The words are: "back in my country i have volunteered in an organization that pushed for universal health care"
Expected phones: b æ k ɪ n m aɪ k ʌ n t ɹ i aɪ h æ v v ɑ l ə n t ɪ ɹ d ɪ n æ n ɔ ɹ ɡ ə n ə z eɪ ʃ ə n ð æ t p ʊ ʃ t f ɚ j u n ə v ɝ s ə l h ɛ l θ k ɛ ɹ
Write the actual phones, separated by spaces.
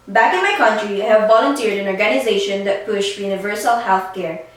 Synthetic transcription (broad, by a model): b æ k ɪ n m aɪ k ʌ n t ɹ i aɪ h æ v v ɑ l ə n t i ɹ d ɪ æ n ɔ ɹ ɡ ə n ə z eɪ ʃ ə n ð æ t p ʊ ʃ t j u n ə v ɝ s ə l h ɛ l θ k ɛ ɹ